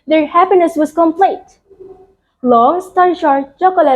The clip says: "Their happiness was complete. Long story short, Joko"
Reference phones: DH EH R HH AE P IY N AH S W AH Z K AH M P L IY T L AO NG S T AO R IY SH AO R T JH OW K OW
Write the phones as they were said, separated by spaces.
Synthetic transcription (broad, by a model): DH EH R HH AE P IY N AH S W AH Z K AH M P L IY T L AO NG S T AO IY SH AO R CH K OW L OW